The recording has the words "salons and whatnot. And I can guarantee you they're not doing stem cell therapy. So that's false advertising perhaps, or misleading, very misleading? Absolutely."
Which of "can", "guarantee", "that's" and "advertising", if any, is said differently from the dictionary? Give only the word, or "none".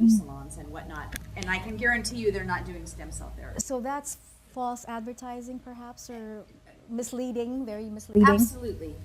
none